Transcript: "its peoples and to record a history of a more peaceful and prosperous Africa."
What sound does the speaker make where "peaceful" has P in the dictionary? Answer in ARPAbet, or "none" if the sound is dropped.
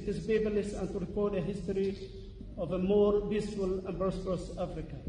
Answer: B